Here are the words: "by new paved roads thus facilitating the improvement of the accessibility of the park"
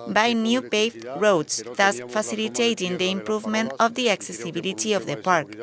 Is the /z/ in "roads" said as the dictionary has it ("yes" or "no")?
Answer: no